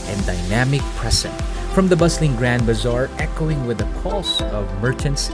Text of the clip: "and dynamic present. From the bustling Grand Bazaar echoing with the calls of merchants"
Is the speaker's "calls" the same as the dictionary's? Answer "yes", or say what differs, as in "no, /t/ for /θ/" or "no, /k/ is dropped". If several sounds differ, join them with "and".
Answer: no, /s/ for /z/